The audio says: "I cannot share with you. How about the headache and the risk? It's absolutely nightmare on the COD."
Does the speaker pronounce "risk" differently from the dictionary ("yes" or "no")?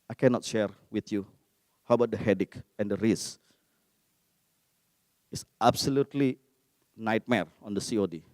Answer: yes